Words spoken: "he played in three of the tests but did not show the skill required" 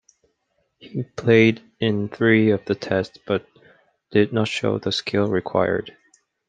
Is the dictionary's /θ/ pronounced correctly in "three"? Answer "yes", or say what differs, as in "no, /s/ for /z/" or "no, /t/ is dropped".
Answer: yes